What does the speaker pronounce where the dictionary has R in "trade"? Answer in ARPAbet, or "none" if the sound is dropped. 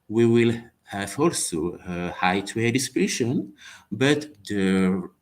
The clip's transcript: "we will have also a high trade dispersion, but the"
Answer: W